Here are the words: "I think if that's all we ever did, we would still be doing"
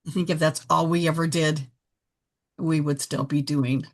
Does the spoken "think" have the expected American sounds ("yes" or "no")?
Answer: yes